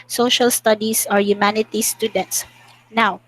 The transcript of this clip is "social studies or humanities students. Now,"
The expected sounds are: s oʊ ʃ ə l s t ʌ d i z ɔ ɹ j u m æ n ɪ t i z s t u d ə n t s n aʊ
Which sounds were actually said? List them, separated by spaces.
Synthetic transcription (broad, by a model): s oʊ ʃ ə l s t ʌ d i s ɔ ɹ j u m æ n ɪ t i s t u d ə n t s n aʊ